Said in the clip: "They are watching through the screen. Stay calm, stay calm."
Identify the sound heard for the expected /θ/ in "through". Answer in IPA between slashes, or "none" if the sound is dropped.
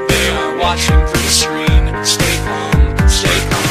/f/